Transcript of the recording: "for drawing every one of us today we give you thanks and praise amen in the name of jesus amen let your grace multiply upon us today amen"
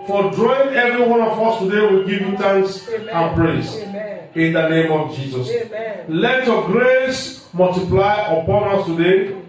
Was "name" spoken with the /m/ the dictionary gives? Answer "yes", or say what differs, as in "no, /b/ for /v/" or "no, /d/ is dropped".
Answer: yes